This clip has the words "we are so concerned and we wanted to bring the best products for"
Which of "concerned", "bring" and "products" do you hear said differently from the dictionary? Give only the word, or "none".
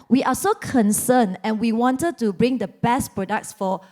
concerned